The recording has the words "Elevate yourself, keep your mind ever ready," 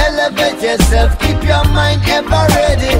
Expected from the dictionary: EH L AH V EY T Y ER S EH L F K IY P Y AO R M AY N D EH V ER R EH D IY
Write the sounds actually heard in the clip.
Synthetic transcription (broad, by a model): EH L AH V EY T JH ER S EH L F K IY P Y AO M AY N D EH B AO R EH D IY